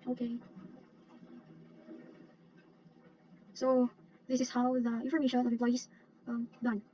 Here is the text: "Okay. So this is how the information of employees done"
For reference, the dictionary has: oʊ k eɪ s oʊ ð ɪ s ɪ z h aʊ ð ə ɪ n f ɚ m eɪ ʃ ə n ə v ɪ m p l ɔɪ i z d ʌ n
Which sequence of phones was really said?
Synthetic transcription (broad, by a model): oʊ k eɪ s oʊ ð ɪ s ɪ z h aʊ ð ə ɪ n f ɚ m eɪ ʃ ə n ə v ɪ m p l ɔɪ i d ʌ n